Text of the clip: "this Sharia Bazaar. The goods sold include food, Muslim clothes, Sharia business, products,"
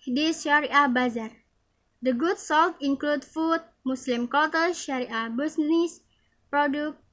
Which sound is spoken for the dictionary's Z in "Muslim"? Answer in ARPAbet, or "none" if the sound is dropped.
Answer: S